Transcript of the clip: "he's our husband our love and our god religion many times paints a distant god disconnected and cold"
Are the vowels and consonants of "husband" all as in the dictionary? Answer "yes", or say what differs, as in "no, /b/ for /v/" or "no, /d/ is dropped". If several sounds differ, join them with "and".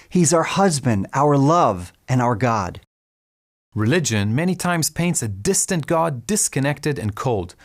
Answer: yes